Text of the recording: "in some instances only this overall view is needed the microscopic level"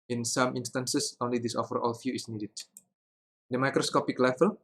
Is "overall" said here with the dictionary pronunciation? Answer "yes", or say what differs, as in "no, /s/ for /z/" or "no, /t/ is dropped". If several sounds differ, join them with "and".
no, /f/ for /v/